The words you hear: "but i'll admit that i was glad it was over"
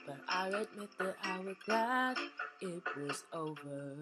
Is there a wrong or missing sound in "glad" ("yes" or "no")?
yes